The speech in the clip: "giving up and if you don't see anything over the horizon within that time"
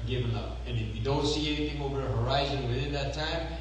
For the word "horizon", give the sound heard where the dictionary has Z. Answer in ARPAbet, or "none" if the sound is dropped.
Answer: Z